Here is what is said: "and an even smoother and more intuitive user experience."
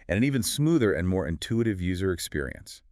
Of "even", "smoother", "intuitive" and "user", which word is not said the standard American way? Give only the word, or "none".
none